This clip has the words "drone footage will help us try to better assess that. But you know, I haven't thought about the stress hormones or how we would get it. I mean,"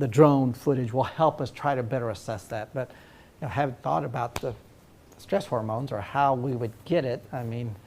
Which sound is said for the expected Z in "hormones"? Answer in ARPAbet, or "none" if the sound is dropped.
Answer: Z